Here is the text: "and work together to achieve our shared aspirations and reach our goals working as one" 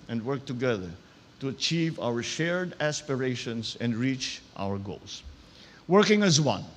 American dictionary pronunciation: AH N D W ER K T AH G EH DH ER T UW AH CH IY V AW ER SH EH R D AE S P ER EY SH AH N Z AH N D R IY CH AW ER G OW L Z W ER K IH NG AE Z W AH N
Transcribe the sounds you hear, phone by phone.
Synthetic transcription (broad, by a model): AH N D W ER K T AH G EH DH ER T UW AH CH IY V AW ER SH EH R D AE S P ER EY SH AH N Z AH N D R IY CH AW ER G OW L S W ER K IH NG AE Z W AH N